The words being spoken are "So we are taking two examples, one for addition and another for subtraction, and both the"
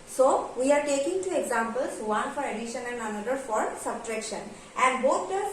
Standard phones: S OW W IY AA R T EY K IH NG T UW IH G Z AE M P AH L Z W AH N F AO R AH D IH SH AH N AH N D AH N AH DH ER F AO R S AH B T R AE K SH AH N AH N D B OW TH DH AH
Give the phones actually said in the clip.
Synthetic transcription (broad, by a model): S OW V IY AA R T EY K IH NG T UW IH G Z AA M P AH L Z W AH N F AO R AH D IH SH AH N AH N D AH N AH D ER F AO R S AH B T R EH K SH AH N AH N D B OW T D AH